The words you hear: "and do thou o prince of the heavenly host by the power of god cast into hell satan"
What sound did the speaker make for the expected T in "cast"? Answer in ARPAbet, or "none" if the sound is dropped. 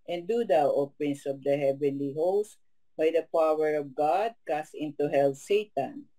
none